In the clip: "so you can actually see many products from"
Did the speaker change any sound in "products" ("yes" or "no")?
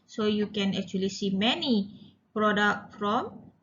yes